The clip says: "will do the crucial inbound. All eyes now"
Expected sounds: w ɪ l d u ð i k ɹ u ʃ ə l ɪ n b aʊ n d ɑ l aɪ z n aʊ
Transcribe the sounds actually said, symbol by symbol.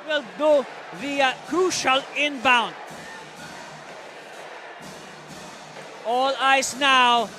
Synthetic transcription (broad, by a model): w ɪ l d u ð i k u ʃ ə l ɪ n b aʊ n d ɑ l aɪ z n aʊ